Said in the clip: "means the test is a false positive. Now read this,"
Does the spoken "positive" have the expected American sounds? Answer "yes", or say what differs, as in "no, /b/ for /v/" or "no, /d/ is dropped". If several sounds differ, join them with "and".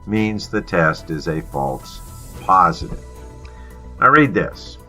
yes